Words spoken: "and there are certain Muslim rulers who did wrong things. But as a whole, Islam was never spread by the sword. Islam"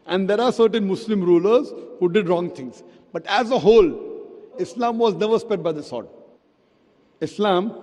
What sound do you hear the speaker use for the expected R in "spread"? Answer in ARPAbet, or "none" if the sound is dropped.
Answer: none